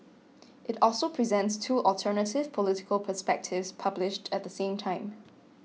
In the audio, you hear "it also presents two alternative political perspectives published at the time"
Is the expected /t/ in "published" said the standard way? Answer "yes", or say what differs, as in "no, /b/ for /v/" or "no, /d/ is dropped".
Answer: yes